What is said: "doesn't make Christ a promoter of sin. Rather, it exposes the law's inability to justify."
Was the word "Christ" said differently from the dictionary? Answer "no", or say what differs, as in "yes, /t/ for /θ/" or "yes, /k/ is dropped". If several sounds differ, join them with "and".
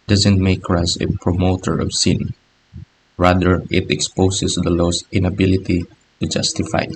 yes, /t/ is dropped